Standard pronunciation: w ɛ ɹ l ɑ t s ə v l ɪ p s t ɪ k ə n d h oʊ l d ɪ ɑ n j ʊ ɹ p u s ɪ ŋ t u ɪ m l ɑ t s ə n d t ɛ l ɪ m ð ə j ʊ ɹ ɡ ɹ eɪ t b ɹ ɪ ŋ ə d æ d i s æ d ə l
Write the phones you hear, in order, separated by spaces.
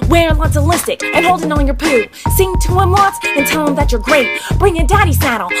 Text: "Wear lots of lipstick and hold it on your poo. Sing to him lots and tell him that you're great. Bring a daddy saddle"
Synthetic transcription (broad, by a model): w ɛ ɹ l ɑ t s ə l ɪ s t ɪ k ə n h oʊ l d ɪ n n j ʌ ɹ p u s ɪ ŋ t u ɪ m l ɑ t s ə n t ɛ l ɪ m ð ə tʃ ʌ ɹ ɡ ɹ eɪ t b ɹ ɪ ŋ ə d æ d i s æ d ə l